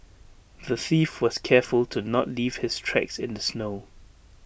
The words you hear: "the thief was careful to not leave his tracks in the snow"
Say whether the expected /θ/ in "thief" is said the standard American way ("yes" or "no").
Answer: yes